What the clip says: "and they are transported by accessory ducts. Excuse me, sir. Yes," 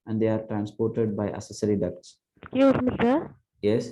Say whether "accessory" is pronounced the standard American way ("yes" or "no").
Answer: no